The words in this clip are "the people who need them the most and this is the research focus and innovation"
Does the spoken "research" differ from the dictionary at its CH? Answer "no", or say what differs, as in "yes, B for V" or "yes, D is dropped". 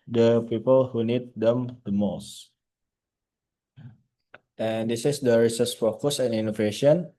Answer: yes, S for CH